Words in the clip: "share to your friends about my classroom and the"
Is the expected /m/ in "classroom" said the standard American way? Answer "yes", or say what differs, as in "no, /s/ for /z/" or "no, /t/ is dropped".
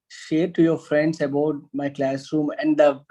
yes